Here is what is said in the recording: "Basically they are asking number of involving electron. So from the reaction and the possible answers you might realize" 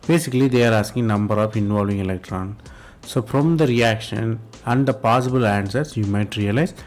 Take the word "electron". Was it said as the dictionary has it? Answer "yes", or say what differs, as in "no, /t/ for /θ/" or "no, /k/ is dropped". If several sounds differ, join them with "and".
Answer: yes